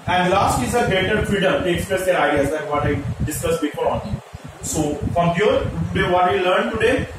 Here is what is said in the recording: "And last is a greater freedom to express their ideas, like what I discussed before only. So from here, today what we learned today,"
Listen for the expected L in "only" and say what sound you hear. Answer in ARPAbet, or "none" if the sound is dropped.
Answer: none